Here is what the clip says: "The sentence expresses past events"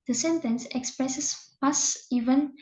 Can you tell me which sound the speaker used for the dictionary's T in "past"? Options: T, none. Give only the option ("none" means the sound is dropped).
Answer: none